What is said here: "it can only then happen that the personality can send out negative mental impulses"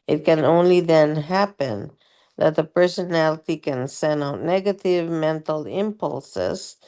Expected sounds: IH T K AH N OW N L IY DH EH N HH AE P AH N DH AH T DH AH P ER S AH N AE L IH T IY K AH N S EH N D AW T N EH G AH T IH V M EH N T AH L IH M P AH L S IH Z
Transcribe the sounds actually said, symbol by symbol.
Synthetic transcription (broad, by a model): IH T K AH N OW N L IY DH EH N HH AE P AH N DH AH T DH AH P ER S AH N AE L IH T IY K AH N S EH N AW T N EH G AH T IH V M EH N T L IH M P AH L S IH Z